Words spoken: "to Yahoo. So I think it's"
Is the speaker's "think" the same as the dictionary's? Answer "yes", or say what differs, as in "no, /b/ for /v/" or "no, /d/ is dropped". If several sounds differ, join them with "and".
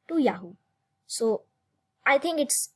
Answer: no, /t/ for /θ/